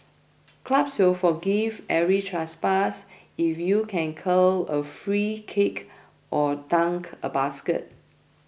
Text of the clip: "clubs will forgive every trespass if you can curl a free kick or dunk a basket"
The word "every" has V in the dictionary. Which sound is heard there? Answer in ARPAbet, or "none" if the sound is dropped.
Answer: none